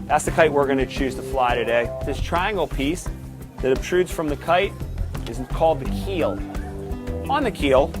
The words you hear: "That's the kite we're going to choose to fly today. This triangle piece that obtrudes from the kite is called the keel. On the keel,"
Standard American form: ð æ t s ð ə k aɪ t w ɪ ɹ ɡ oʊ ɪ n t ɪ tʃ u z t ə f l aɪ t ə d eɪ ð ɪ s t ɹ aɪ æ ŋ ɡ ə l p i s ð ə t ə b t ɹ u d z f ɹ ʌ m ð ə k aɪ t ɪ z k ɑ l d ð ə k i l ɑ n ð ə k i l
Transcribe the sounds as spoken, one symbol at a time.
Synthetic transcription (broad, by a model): ð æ t s ð ə k aɪ t w ɪ ɹ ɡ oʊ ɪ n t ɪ tʃ u z t ə f l aɪ t ə d eɪ ð ɪ s t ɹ aɪ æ ŋ ɡ l p i s ð ə t ə b t ɹ u d z f ɹ ʌ m ð ə k aɪ t ɪ z k ɑ l d ð ə k i l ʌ n ð ə k i l